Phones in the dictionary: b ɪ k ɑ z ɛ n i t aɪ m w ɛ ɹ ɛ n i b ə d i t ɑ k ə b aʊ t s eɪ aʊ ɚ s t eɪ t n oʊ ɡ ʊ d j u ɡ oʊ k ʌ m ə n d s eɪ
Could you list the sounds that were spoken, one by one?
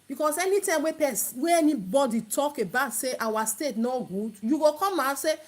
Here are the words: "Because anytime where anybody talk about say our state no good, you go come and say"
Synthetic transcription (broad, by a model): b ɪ k ɑ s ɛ n i t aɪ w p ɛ w ɛ n i b ə d i t ɑ k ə b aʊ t s eɪ aʊ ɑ s t eɪ t n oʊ ɡ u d j u ɡ oʊ k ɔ m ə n s eɪ